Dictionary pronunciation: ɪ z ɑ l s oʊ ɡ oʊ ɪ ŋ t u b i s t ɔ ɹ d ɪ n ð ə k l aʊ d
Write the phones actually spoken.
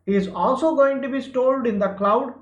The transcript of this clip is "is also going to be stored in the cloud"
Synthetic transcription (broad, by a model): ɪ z ɑ l s oʊ ɡ oʊ ɪ ŋ t u b i s t ɔ l d ɪ n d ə k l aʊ d